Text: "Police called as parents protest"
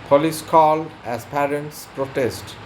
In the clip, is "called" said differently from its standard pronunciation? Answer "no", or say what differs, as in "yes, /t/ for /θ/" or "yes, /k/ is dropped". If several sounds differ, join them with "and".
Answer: yes, /d/ is dropped